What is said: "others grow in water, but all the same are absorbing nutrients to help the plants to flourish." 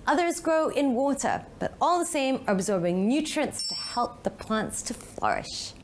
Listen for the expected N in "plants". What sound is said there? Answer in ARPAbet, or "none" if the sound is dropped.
N